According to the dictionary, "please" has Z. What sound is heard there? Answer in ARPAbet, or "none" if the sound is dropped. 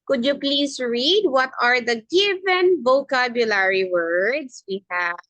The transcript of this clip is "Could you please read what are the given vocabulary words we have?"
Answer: S